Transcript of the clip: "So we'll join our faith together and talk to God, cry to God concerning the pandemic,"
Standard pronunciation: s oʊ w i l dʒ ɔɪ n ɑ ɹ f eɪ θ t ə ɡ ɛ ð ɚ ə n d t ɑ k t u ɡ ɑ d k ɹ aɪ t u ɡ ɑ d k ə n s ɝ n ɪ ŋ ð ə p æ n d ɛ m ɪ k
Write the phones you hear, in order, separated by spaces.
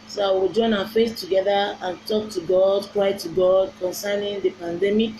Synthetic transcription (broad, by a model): s oʊ w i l dʒ ɔɪ n ɑ f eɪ s t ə ɡ ɛ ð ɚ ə n t ɑ k t u ɡ ɑ d k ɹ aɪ t u ɡ ɑ d k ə n s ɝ n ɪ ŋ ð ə p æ n d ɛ m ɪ k